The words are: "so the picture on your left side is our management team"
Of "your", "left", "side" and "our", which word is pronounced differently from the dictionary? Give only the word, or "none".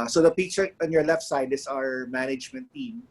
none